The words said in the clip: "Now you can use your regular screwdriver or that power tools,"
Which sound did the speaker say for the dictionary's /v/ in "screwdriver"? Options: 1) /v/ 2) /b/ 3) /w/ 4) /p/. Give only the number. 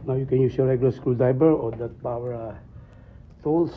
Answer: 2